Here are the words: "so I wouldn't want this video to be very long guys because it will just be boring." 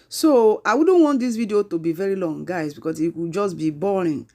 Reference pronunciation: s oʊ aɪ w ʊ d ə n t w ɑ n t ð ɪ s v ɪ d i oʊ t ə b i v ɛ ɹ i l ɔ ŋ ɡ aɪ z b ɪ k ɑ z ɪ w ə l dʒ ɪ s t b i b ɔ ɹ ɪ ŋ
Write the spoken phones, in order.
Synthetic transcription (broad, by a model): s oʊ aɪ w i d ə n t w ɑ n t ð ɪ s v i d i oʊ t ə b i v ɛ ɹ i l ɔ ŋ ɡ aɪ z b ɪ k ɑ s ɪ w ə dʒ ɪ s b i b ɔ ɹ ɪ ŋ